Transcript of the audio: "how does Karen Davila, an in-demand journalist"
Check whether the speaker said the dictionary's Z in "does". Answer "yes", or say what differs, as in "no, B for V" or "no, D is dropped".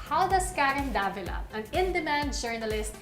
no, S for Z